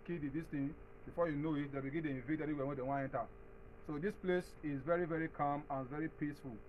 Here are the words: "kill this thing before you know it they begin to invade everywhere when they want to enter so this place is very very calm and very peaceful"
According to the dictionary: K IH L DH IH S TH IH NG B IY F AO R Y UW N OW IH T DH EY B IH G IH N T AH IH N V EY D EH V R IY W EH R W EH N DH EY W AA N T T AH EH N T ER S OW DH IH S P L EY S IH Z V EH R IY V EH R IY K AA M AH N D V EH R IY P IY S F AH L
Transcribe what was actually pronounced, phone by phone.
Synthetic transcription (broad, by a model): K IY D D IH S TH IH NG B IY F AO Y UW N OW IH T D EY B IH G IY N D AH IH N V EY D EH R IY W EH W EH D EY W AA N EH N T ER S OW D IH S P L EY S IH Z V EH R IY V EH R IY K AA M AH N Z V EH R IY P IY S F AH L